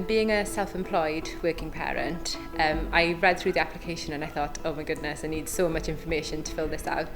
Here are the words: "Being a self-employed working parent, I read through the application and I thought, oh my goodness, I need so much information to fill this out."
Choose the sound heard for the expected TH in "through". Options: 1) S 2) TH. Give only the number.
2